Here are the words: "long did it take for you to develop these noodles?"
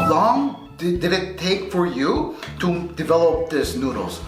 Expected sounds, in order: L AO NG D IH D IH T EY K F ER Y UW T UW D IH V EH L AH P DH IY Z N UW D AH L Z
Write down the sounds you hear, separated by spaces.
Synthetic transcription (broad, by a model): L AO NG D IH D IH T EY K F ER Y UW T UW D IH V EH L AH P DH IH S N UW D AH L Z